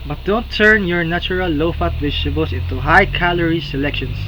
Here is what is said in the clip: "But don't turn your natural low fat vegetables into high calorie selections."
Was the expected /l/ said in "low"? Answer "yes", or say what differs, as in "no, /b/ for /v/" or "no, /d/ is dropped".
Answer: yes